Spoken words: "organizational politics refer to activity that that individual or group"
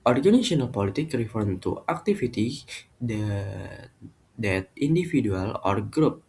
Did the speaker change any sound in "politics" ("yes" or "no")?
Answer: yes